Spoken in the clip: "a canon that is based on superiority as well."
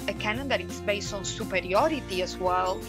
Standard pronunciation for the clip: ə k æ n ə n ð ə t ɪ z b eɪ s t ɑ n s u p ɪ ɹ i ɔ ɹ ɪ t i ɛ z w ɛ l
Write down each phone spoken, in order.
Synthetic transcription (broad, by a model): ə k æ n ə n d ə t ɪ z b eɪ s ɑ n s u p ɪ ɹ i ɔ ɹ ɪ t i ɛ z w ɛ l